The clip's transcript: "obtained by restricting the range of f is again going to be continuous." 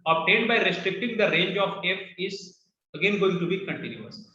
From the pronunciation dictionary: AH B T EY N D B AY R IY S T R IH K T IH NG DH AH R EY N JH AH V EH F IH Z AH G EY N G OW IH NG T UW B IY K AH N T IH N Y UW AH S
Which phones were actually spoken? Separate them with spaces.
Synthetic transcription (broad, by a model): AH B T EY N D B AY R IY S T R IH K T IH NG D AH R EY N JH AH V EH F IH Z AH G EY N G OW IH NG T UW B IY K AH N T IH N Y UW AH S